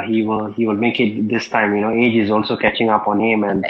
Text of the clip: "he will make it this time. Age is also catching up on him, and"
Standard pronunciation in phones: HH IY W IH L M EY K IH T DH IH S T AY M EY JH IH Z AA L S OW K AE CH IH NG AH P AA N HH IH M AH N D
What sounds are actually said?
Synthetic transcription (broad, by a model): HH IY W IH L M EY K IH T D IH S T AY M EY JH IH Z AA L S OW K AE CH IH NG AH P AA N HH IH M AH N D